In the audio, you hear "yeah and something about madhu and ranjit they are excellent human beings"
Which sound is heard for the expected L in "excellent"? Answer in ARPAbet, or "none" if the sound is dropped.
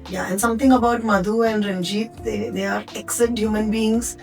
none